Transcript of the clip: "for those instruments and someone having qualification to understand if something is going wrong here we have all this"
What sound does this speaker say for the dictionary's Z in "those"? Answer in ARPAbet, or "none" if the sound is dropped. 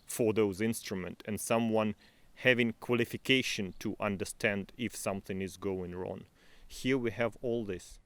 Z